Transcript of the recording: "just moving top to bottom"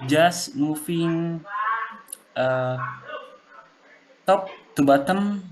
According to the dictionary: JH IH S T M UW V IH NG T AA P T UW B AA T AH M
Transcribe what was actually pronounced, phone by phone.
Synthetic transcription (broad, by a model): JH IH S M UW F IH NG T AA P T UW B AA T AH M